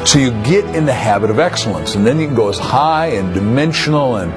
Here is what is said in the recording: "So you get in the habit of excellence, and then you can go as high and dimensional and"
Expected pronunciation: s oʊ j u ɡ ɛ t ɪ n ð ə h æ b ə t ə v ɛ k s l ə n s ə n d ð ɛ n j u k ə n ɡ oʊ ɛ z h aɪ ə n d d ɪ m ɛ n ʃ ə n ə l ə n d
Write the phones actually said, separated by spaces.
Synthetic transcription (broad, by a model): s oʊ j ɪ ɡ ɛ t ɪ n ð ə h æ b ə t ə v ɛ k s l ə n s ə n ð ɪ n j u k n ɡ oʊ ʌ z h aɪ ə n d d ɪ m ɛ n ʃ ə n l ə n